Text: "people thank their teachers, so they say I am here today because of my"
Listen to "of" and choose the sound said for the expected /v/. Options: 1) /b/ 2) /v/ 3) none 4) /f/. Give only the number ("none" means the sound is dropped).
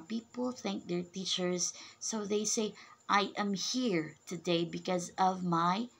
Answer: 2